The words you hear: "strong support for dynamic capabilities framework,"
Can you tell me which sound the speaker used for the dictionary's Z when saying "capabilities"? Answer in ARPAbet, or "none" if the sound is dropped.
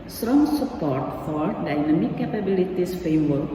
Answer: S